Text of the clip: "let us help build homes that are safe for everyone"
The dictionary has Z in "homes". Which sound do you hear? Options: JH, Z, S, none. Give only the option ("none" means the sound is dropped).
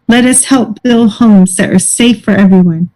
Z